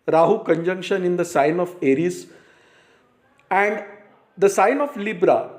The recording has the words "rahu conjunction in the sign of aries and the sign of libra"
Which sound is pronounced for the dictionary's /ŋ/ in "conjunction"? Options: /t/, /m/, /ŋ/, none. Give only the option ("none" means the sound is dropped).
/ŋ/